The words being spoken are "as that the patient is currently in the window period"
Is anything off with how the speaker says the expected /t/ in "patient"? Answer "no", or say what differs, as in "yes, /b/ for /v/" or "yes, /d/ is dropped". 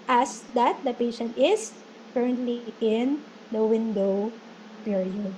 no